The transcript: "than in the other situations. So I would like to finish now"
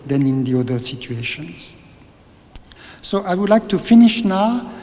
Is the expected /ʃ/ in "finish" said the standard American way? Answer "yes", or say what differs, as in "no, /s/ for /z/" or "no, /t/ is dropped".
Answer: yes